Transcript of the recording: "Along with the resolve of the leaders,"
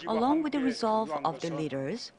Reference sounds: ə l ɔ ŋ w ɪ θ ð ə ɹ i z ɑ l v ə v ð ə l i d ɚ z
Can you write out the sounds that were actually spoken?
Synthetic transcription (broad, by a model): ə l ɔ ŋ w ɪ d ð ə ɹ i z ɑ l v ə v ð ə l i d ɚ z